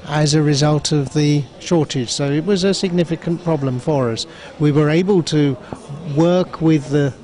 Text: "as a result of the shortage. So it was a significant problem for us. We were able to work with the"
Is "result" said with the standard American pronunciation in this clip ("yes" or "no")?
yes